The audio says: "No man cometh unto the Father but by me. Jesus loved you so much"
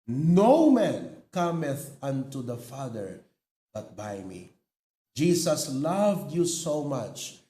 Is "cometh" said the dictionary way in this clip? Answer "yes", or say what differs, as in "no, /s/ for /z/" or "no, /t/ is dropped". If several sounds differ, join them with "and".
yes